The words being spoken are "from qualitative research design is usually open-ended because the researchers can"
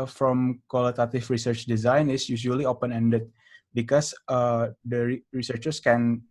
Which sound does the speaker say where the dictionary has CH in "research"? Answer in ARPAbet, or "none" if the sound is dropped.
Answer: CH